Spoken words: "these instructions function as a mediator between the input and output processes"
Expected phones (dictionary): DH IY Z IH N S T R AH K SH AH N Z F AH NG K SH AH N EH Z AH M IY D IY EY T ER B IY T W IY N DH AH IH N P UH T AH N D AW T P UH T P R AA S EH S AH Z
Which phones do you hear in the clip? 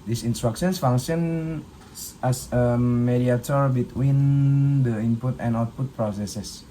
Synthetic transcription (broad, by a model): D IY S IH N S T R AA K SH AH N S F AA NG SH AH N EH S AH M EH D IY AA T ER B IY T W IY N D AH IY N P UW T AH N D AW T P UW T P R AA S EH S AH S